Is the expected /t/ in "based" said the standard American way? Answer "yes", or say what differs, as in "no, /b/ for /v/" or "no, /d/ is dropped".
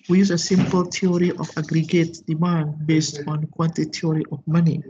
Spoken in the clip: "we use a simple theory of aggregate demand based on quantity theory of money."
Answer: yes